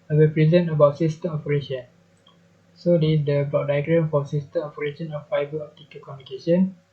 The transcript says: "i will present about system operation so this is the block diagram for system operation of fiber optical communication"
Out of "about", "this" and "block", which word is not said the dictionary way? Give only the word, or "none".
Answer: this